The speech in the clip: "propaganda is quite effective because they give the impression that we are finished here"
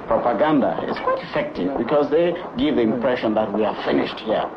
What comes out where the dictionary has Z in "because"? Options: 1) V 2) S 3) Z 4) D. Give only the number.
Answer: 3